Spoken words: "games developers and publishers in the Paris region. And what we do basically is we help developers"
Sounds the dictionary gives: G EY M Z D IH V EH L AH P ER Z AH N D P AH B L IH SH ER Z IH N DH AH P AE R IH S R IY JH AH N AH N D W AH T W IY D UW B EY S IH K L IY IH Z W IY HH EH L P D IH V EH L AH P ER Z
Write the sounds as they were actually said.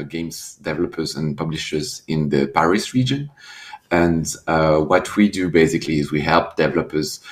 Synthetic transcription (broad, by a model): G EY M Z D IH V EH L AH P ER Z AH N P AH B L IH SH ER Z IH N DH AH P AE R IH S R IY JH AH N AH N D W AH T W IY D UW B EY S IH K L IY IH Z W IY HH EH L P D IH V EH L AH P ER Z